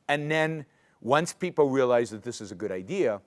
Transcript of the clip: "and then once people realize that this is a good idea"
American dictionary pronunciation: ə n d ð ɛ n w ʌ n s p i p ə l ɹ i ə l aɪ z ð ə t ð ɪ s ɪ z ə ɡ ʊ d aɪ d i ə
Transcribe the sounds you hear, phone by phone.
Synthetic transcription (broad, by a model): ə n ð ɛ n w ʌ n s p i p l ɹ i ə l aɪ z ð ə t ð ɪ s ɪ z ə ɡ ʊ d aɪ d i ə